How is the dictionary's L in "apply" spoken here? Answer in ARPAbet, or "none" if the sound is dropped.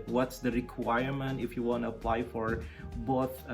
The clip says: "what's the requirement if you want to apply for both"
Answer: L